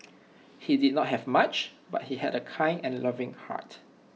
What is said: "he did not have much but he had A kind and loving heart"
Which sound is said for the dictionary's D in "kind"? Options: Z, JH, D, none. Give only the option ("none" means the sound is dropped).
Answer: none